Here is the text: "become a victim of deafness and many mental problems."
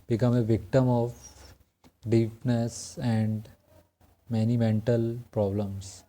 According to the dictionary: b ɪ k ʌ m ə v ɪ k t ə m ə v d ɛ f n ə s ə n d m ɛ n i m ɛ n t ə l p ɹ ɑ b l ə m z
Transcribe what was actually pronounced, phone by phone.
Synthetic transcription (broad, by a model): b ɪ k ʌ m ə v ɪ k t ə m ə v d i p n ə s ə n d m ɛ n i m ɛ n t ə l p ɹ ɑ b l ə m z